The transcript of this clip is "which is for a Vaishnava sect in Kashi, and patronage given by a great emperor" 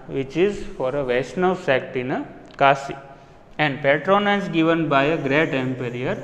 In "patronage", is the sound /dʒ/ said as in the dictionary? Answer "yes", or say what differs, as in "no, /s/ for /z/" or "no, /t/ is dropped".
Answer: no, /z/ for /dʒ/